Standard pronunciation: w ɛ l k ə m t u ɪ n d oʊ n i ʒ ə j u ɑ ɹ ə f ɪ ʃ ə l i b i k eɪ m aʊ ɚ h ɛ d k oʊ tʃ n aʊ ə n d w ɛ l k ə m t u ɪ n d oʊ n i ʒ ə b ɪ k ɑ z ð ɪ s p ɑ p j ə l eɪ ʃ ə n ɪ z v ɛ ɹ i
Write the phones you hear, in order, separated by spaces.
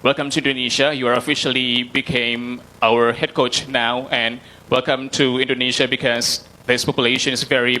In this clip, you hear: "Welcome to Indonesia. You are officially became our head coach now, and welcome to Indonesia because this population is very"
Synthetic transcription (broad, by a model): w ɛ l k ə m t u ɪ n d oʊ n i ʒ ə j u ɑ ɹ ə f ɪ ʃ ə l i b i k eɪ m aʊ ɚ h ɛ d k oʊ tʃ n aʊ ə n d w ɛ l k ə m t u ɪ n d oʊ n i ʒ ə b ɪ k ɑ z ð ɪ s p ɑ p j ə l eɪ ʃ ə n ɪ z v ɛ ɹ i